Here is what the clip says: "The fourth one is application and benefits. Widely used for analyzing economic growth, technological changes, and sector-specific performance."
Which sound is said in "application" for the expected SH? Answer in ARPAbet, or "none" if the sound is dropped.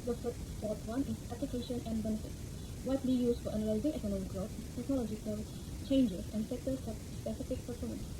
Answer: SH